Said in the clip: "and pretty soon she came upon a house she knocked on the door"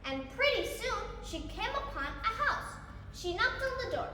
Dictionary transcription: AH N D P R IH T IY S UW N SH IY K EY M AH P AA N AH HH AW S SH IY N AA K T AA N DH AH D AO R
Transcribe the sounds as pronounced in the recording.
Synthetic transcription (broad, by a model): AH N P R IH T IY S UW N SH IY K EY M AH P AA N AH HH AW S SH IY N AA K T DH AH D AO R